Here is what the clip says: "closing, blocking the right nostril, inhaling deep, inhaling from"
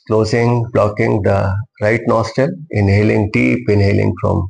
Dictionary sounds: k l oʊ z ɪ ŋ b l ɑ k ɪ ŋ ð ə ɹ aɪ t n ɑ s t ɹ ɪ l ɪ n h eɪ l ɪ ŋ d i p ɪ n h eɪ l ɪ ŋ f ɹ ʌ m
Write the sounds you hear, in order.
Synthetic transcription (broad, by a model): k l oʊ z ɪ ŋ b l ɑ k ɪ ŋ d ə ɹ aɪ t n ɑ s t ɪ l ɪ n h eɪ l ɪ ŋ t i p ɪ n h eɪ l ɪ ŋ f ɹ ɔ m